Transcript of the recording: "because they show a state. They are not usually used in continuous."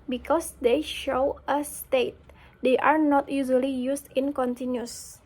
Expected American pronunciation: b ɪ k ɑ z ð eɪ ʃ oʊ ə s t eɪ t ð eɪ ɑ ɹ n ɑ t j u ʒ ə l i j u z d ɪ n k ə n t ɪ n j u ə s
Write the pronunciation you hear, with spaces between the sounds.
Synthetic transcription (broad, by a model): b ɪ k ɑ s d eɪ ʃ oʊ ə s t eɪ t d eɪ ɑ ɹ n ɑ t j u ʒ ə l i j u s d ɪ n k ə n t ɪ n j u s